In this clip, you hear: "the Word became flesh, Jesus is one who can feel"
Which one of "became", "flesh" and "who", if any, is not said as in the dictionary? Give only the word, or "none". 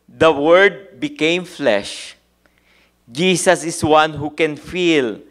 none